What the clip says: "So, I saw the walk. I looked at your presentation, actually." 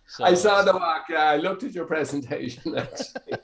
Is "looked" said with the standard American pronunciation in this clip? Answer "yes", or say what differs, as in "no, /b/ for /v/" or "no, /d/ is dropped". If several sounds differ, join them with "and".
yes